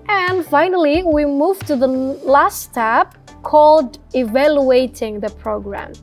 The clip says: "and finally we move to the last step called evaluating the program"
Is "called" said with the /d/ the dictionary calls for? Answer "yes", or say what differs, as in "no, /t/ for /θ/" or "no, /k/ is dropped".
yes